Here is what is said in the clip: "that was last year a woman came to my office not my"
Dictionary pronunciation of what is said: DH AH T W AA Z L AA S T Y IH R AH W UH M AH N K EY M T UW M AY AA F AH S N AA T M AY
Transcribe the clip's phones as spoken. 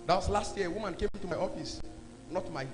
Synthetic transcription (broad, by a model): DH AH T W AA S L AA S T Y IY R AH W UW M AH N K EY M T UW M AY AA F AH S N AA T M AY